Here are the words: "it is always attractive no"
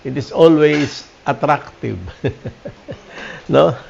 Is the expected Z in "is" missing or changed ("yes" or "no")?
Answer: yes